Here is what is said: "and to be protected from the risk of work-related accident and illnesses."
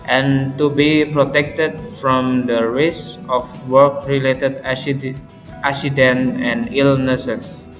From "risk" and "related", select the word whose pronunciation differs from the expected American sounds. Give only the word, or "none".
risk